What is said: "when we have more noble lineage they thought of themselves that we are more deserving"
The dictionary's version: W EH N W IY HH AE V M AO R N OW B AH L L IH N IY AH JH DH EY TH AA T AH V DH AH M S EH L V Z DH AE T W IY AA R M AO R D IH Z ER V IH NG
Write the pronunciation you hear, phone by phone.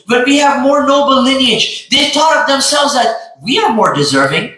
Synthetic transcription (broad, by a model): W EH N W IY HH AE V M AO R N OW B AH L L IH N IY AH JH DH EY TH AA T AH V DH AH M S EH L V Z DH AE T W IY AA R M AO R D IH Z ER V IH NG